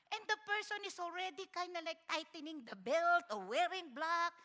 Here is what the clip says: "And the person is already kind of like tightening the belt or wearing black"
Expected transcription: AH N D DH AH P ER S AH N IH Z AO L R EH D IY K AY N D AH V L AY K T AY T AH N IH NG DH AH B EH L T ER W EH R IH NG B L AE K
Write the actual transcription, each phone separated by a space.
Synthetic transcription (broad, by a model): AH N D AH P ER S AH N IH S AO L R EH D IY K AY N D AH L AY K T AY T AH N IH NG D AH B EH L T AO W EH R IH NG B L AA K